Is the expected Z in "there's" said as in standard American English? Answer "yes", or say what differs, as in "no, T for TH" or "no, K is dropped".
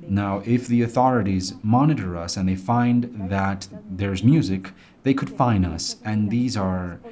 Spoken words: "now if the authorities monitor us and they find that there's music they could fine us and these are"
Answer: yes